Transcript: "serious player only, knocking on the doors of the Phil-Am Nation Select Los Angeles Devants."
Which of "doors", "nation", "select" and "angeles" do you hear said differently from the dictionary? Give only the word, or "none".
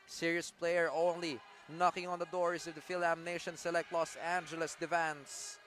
doors